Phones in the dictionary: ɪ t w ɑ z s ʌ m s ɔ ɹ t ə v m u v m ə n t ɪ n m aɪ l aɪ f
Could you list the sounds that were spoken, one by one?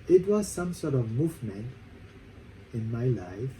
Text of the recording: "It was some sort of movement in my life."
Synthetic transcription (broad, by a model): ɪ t w ɑ z s ʌ m s ɔ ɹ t ə v m u v m ə n t ɪ n m aɪ l aɪ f